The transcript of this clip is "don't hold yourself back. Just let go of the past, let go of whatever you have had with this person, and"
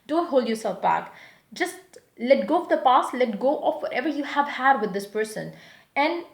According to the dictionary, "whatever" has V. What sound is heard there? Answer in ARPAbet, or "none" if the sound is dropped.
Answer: V